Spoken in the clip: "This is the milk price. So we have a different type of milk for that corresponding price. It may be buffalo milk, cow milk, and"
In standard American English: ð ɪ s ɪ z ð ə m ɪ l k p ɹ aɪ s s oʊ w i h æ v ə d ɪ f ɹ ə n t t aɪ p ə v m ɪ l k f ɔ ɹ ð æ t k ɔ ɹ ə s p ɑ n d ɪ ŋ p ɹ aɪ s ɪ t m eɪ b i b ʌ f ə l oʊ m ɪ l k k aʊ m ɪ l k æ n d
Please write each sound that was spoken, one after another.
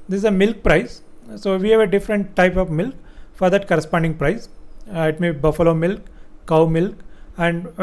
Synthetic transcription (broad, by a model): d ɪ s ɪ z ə m ɪ l k p ɹ aɪ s s oʊ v i h æ v ə d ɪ f ɹ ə n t t aɪ p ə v m ɪ l k f ɔ ɹ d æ t k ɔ ɹ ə s p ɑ n d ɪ ŋ p ɹ aɪ s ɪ t m eɪ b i b ʌ f ə l oʊ m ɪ l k k aʊ m ɪ l k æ n d